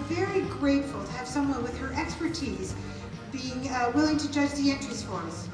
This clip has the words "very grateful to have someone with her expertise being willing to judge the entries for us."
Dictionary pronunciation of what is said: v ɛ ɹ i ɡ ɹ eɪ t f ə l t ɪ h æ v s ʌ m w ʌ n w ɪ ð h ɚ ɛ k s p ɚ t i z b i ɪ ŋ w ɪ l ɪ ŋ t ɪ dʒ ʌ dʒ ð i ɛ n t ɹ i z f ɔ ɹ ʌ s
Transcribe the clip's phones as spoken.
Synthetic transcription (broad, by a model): v ɛ ɹ i ɡ ɹ eɪ t f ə l t ɪ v s ʌ m w ʌ n w ɪ ð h ɚ ɛ k s p ɚ t i z b i ɪ ŋ w ɪ l ɪ ŋ t ɪ dʒ ʌ dʒ ð i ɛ n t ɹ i s f ɔ ɹ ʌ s